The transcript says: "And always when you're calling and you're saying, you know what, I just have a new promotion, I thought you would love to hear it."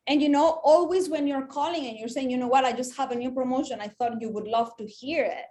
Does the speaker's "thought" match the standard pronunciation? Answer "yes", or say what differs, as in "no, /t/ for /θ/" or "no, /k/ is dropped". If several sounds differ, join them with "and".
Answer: yes